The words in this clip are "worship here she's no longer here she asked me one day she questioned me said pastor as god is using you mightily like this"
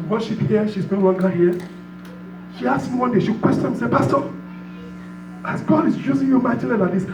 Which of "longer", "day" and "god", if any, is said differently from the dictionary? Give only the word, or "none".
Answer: longer